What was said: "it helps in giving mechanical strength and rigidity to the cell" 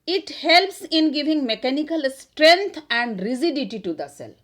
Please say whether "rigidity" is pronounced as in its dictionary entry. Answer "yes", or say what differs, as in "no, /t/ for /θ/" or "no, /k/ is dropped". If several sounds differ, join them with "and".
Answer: no, /z/ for /dʒ/